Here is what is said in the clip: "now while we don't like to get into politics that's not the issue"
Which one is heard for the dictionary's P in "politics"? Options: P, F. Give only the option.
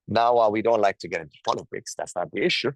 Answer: F